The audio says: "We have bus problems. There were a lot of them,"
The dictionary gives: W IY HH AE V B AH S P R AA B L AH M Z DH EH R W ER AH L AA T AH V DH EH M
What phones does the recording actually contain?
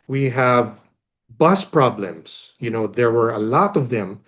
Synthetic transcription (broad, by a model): W IY HH AE V B AH S P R AA B L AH M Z DH EH R W ER AH L AA T AH V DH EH M